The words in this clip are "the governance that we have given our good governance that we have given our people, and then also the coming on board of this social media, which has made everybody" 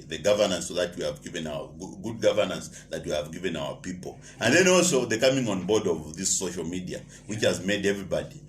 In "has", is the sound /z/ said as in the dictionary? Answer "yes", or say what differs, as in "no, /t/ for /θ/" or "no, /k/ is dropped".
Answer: yes